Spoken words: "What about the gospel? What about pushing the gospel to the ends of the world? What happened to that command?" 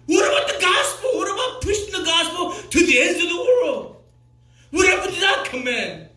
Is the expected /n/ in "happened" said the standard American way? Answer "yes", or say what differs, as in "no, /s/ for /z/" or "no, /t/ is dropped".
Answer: no, /n/ is dropped